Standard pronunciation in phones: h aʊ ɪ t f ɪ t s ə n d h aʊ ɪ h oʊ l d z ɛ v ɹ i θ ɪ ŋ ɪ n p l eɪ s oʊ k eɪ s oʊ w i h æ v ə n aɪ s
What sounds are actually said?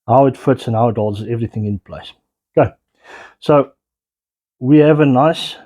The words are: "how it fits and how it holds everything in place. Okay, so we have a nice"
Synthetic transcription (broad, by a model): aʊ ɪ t f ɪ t s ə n aʊ ɪ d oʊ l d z ɛ v ɹ i θ ɪ ŋ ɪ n p l eɪ s oʊ k eɪ s oʊ w i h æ v ə n aɪ s